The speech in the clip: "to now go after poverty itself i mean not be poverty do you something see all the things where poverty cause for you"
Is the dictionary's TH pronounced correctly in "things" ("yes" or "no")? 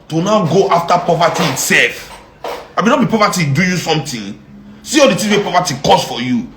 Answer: no